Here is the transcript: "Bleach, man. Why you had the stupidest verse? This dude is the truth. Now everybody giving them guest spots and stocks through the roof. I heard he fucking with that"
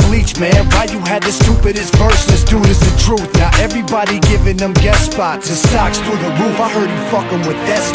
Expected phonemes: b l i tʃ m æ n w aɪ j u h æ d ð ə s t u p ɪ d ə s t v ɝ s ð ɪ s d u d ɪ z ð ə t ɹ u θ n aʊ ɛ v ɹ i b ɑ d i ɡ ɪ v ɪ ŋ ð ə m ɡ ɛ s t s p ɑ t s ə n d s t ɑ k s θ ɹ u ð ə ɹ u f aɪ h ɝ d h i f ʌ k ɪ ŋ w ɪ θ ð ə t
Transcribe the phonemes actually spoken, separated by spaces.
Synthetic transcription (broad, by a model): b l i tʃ m æ n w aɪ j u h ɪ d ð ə s t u p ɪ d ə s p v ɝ s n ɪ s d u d ɪ z ð ə t ɹ u θ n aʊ ɛ v ɹ i b ɑ d i ɡ ɪ v ɪ ŋ ð ə m ɡ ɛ t s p ɑ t ə s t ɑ k s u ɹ ð ə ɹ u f aɪ h ɝ d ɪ f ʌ k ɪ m w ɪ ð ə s